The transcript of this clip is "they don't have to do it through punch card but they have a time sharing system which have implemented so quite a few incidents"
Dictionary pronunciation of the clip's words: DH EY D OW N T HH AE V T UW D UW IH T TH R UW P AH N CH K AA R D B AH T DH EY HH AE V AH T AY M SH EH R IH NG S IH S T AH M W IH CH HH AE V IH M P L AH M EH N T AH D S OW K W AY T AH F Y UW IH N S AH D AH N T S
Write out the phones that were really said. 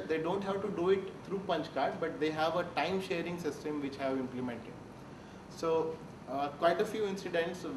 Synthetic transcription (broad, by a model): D EY D OW N T HH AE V T UW D UW IH T T R UW P AH N CH K AA R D B AH T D EY HH AE V AH T AY M SH EH R IH NG S IH S T AH M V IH CH HH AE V IH M P L AH M EH N T AH D S OW K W AY T AH F Y UW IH N S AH D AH N T S